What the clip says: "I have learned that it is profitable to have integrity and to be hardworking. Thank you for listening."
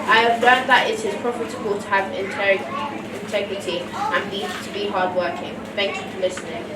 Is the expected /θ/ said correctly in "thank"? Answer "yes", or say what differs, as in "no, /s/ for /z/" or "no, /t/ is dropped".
yes